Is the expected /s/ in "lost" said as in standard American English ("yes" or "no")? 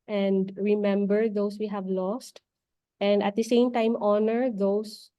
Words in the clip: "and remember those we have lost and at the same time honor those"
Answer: yes